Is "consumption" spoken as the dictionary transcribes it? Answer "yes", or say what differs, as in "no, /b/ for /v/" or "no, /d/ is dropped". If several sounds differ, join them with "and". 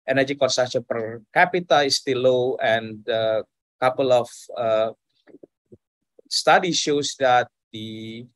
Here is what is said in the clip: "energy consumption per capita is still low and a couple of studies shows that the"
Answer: no, /m/ is dropped